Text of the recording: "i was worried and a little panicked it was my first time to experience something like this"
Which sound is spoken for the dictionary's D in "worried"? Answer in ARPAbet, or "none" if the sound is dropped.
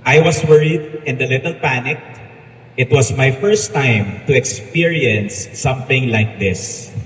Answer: D